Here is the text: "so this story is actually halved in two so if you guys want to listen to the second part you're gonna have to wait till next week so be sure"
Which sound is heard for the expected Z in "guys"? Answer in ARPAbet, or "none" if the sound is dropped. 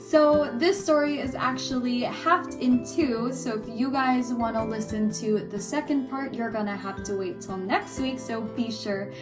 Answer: Z